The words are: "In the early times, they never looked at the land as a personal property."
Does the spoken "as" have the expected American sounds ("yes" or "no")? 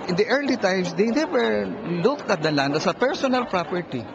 no